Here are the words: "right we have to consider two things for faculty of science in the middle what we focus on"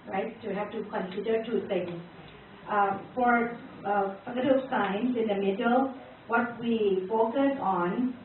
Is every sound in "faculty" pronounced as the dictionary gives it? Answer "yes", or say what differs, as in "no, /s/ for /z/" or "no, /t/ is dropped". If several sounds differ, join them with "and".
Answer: no, /l/ is dropped